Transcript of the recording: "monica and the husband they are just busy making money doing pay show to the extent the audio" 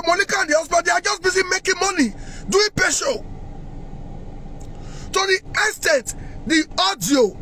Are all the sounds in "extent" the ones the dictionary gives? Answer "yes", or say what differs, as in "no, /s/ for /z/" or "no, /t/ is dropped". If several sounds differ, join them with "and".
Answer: no, /k/ is dropped and /n/ is dropped